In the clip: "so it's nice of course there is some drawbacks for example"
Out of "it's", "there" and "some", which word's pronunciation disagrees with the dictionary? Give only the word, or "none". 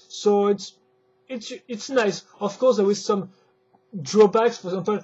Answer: there